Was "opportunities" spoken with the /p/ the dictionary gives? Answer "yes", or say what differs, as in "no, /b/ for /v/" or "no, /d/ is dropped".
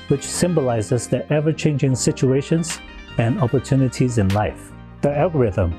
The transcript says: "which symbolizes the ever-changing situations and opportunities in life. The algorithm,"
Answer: yes